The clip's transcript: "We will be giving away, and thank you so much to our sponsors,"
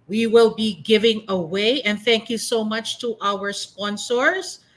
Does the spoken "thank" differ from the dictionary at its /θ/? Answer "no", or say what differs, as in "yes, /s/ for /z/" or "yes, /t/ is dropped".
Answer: no